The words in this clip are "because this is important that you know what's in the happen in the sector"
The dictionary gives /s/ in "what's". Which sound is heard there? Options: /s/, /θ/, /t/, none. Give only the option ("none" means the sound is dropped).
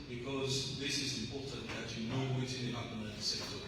none